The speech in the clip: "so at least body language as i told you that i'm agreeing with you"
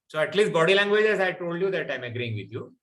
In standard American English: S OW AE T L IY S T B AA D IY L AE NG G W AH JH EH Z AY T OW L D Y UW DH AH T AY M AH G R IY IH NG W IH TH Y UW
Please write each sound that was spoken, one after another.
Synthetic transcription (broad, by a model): S OW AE T L IY S T B AA D IY L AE NG G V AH JH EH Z AY T OW L D Y UW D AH T AY M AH G R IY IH NG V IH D Y UW